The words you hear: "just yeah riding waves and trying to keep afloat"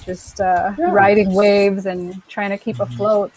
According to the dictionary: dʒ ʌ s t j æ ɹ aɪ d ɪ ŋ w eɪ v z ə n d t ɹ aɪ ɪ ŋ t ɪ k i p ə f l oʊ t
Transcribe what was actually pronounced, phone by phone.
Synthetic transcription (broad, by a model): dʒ ʌ s t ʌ ɹ aɪ d ɪ ŋ w eɪ v z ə n t ɹ aɪ ɪ ŋ t ɪ k i p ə f l oʊ t